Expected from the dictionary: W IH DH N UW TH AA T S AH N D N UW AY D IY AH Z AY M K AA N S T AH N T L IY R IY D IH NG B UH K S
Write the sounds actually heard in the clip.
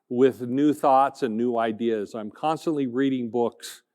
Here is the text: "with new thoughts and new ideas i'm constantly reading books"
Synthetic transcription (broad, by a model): W IH DH N UW TH AA T S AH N N UW AY D IY AH Z AY M K AA N S T AH N T L IY R IY D IH NG B UH K S